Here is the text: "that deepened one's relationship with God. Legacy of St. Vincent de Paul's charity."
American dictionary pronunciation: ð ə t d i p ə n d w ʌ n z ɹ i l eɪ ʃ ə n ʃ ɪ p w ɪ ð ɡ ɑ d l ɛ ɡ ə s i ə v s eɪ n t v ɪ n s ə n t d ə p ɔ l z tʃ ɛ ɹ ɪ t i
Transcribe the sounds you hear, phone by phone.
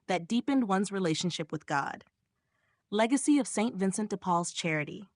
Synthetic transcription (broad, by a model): ð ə t d i p ə n d w ʌ n z ɹ i l eɪ ʃ ə n ʃ ɪ p w ɪ ð ɡ ɑ d l ɛ ɡ ə s i ə v s eɪ n t v ɪ n s ə n t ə p ɔ l z tʃ ɛ ɹ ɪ t i